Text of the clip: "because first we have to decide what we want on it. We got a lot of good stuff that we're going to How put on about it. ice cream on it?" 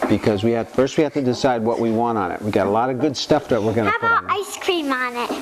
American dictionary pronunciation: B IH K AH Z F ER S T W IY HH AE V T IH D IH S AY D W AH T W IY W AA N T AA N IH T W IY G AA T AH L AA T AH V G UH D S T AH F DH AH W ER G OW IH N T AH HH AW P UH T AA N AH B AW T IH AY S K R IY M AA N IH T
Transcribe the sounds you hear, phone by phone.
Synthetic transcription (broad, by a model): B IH K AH Z F ER S T W IY HH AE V T IH D IH S AY D W AH T W IY W AA N T N IH T W IY G AA T AH L AA T AH V G UH D S T AH F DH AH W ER G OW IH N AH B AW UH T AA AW IH S K R IY M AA N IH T